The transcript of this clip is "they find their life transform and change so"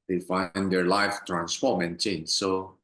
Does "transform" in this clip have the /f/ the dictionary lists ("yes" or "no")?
no